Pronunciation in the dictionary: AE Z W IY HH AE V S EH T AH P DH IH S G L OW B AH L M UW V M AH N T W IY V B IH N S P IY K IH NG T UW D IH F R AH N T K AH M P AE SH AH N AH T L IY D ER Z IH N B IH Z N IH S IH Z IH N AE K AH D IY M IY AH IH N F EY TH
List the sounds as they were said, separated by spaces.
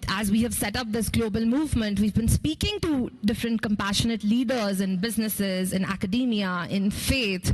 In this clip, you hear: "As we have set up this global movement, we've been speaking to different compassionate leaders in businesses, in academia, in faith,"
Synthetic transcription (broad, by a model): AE Z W IY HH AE V S EH T AH P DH IH S G L OW B AH L M UW V M AH N T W IY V B IH N S P IY K IH NG T UW D IH F R AH N T K AH M P AE SH AH N AH T L IY D ER Z IH N B IH Z N IH S IH Z IH N AE K AH D IY M IY AH IH N F EY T